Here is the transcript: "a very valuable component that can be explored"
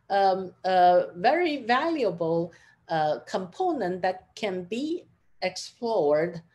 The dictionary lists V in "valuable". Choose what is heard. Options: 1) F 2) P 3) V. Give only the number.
3